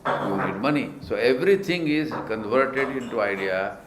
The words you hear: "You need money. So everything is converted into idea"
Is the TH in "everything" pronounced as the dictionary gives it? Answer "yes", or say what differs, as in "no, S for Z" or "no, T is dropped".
no, T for TH